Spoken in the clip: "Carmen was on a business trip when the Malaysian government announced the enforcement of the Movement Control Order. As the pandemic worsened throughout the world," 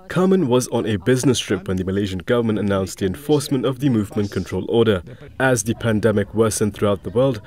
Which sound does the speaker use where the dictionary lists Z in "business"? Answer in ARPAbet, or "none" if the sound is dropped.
Z